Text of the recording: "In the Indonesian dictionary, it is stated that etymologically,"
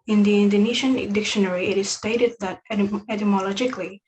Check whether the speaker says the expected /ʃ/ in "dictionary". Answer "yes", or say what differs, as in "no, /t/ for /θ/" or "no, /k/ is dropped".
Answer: yes